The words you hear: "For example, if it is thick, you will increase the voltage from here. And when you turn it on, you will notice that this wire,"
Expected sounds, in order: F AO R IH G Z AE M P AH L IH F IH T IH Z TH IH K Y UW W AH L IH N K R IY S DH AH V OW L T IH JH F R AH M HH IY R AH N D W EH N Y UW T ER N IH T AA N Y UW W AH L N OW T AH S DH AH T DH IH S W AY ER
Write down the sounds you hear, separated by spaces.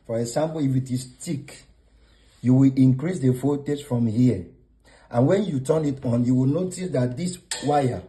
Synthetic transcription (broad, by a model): F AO R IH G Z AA M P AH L IH F IH T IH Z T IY K Y UW W AH L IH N K R IY S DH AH F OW T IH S F R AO M HH IY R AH N W EH N Y UW T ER N IH T AA N Y UW W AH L N OW T AH S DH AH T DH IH S W AY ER